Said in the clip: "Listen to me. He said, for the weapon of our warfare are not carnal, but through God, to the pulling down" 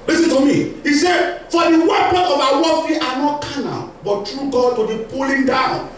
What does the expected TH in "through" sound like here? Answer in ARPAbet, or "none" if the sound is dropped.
T